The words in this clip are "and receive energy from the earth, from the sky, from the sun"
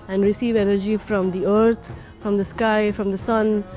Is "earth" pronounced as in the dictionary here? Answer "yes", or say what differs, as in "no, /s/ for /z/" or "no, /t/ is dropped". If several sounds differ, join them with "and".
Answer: no, /t/ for /θ/